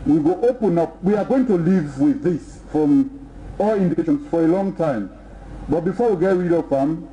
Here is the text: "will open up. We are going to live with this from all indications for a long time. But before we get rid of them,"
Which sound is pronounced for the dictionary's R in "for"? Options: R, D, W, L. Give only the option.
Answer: R